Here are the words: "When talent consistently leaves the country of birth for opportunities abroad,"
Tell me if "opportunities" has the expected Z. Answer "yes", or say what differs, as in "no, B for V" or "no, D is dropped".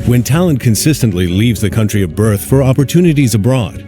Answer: yes